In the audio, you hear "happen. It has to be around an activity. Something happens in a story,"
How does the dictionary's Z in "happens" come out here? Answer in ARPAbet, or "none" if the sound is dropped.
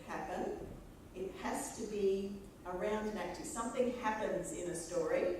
Z